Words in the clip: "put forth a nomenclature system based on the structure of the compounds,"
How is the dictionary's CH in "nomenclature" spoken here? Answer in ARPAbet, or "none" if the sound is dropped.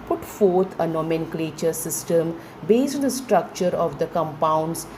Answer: CH